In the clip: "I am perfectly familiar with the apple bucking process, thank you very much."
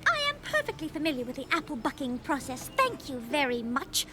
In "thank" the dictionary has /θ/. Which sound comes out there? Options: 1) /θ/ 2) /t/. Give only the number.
1